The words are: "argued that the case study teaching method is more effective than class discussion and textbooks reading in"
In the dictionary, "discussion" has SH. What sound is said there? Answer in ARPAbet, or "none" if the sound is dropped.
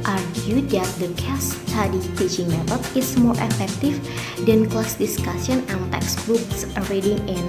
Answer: S